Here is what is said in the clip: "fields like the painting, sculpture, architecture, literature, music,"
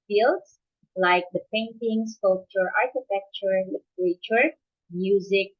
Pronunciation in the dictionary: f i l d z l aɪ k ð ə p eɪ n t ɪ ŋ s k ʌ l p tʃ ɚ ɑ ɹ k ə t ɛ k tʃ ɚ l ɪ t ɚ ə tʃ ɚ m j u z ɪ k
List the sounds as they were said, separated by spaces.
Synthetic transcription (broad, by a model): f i l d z l aɪ k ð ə p eɪ n t ɪ ŋ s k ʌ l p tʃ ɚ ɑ ɹ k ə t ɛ k tʃ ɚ l ɪ t ɚ ə tʃ ɚ m j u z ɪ k